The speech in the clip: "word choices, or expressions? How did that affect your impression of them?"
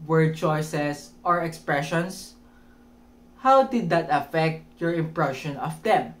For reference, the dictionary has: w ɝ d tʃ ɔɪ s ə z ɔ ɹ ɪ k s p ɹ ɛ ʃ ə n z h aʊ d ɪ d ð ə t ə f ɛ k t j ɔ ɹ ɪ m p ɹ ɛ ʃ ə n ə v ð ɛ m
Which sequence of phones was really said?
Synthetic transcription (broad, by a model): w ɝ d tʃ ɔɪ s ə s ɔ ɹ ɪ k s p ɹ ɛ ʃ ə n s h aʊ d ɪ d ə t ə f ɛ k t j ɔ ɹ ɪ m p ɹ ɛ ʃ ə n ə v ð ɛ m